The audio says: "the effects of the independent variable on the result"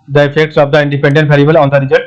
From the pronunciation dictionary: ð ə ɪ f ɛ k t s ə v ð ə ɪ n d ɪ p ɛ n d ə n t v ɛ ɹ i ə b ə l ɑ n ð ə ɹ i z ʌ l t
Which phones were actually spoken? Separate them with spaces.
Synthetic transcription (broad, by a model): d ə ɪ f ɛ k t s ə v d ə ɪ n d ɪ p ɛ n d ə n t p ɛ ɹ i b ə l ɑ n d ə ɹ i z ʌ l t